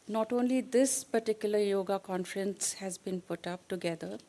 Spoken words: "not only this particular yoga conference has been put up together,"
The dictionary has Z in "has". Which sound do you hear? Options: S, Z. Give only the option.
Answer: Z